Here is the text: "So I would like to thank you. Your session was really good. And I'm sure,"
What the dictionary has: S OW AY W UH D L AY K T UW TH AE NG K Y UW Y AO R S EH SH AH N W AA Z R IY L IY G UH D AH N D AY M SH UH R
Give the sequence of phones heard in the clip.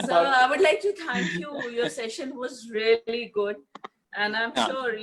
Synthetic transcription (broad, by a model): S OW AY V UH D L AY K T UW T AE NG K Y UW Y AO R S EH SH AH N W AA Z R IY L IY G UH D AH N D AY M SH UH R